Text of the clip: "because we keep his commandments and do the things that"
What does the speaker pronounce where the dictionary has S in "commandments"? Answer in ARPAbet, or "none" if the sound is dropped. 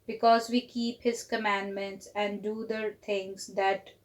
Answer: S